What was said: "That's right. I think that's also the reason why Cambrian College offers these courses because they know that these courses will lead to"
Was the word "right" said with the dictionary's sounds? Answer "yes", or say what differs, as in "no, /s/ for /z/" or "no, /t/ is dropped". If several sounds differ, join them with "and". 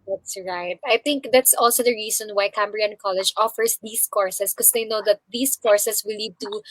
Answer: yes